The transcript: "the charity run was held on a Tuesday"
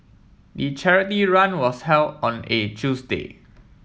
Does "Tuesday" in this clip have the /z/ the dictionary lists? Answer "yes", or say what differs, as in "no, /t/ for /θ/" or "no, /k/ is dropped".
no, /s/ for /z/